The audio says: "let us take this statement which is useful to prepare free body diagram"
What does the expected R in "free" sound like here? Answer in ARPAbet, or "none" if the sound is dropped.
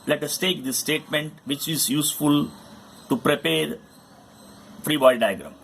R